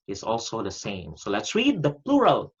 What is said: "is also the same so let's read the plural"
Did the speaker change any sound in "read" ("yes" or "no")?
no